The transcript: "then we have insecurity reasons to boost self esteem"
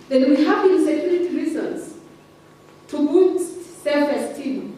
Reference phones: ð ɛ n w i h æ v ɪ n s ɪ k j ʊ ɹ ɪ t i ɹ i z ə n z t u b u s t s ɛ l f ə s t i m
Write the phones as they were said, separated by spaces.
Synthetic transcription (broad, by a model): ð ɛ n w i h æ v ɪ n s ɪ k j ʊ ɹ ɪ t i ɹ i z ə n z t u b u t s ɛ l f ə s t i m